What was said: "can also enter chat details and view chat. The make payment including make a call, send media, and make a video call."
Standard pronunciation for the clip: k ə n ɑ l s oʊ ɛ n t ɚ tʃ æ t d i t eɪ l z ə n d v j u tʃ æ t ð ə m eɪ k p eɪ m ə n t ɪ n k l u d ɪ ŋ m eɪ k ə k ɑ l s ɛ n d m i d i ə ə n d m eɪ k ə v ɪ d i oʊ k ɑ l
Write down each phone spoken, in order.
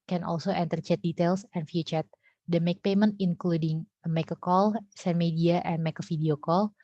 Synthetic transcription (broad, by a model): k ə n ɑ l s oʊ ɛ n t ɚ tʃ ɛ t d i t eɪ l s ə n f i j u tʃ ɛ t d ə m eɪ k p eɪ m ə n t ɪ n k l u d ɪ ŋ m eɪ k ə k ɑ l s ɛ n m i d i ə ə n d m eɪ k ə f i d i oʊ k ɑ l